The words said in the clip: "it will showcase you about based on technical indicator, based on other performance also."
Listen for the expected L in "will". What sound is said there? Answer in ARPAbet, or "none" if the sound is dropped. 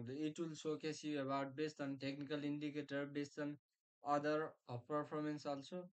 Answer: L